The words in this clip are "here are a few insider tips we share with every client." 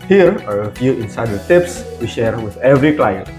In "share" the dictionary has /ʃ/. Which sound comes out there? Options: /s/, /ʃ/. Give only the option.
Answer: /ʃ/